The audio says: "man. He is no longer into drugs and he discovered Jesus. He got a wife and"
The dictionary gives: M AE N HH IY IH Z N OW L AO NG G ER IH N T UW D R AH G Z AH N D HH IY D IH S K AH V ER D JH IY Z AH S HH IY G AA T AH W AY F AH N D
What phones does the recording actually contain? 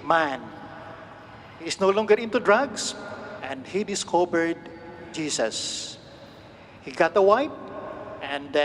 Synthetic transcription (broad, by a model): M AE N HH IY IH S N OW L AO NG G ER IH N T UW D R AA G S AH N D HH IY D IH S K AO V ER D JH IY S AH S HH IY G AA T AH W AY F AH N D